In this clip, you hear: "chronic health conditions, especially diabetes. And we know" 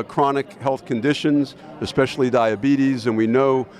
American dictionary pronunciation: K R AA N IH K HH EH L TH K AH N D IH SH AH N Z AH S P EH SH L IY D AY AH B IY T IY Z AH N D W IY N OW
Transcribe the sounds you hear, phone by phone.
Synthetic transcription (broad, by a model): K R AA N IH K HH EH L TH K AH N D IH SH AH N Z AH S P EH SH L IY D AY AH B IY T IY Z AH N W IY N OW